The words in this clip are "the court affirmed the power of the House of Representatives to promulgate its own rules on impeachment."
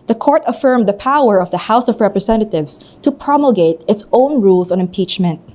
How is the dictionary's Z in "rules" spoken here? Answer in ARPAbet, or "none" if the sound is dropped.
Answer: S